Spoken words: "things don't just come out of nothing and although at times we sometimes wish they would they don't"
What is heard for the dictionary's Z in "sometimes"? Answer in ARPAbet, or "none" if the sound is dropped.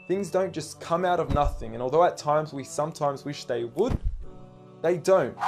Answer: Z